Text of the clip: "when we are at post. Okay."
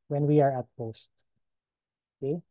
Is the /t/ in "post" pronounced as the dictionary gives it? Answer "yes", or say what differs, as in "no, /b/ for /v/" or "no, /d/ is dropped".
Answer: yes